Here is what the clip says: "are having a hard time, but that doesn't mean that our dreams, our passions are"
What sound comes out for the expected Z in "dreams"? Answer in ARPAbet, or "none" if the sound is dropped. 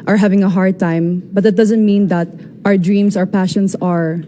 S